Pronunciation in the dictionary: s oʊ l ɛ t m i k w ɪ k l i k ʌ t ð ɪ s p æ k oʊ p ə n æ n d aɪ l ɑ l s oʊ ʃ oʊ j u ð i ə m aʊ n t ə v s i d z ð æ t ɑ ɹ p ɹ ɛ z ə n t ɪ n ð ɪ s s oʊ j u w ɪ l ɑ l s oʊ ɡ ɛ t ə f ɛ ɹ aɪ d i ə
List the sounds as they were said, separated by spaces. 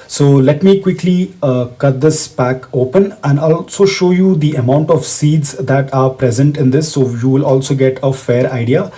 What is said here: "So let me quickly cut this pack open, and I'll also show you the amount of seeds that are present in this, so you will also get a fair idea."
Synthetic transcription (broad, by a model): s oʊ l ɛ t m i k w ɪ k l i k ʌ t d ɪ s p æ k oʊ p ə n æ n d ɑ l s oʊ ʃ oʊ j u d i ə m aʊ n t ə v s i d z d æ t ɑ ɹ p ɹ ɛ z ə n t ɪ n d ɪ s s oʊ j u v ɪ l ɑ l s oʊ ɡ ɛ t ə f ɛ ɹ aɪ d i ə